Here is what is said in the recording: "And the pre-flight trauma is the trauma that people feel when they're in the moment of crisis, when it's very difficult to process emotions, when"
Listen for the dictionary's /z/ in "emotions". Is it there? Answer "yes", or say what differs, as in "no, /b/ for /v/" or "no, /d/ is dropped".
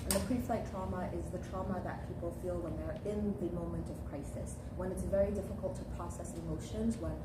yes